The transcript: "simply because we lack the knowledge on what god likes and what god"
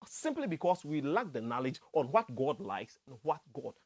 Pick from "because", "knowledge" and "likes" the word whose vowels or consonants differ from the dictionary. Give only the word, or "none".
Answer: because